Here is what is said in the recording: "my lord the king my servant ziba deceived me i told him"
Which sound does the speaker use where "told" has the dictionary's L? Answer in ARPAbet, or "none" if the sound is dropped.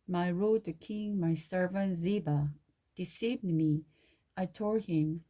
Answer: none